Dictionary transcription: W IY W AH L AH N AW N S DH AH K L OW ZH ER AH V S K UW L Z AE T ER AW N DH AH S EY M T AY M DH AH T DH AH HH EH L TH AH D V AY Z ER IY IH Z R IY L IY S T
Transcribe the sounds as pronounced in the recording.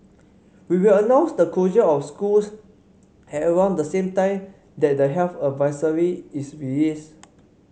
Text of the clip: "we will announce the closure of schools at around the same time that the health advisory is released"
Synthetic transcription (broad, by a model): W IY W AH L AH N AW N S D AH K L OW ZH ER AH F S K UW L S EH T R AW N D AH S EY M T AY M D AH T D AH HH EH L F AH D V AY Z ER IY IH S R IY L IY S